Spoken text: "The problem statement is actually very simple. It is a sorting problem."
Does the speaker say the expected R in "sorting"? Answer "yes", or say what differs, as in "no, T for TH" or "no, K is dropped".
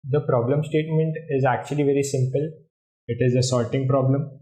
no, L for R